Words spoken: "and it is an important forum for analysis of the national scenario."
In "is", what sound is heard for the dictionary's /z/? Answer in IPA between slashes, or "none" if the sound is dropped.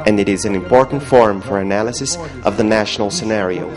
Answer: /z/